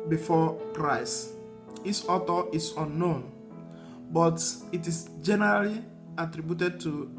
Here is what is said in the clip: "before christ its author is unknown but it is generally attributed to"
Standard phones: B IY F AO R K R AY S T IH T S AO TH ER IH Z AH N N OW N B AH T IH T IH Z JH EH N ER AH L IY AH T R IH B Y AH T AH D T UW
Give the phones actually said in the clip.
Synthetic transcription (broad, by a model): B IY F AO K R AY S IH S AO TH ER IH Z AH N N OW N B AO T IH T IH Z JH EH N ER AH L IY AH T R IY B Y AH T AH D T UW